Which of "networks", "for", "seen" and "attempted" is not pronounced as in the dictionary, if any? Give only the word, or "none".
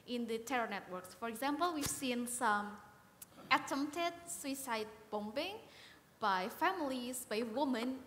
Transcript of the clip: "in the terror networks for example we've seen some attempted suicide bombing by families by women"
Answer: attempted